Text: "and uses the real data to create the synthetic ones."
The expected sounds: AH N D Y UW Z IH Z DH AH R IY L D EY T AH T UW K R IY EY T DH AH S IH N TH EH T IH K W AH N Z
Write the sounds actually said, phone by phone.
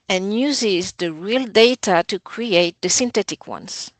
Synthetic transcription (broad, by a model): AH N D Y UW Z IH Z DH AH R IY L D EY T AH T UW K R IY EY T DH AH S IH N T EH T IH K W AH N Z